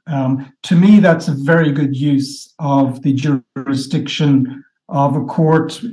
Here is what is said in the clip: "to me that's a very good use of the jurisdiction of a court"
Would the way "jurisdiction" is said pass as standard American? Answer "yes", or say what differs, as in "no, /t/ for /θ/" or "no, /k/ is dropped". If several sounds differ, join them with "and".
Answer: yes